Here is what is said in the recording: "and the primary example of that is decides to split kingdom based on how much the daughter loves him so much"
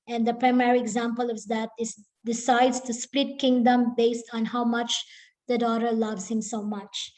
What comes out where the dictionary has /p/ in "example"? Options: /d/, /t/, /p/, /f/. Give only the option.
/p/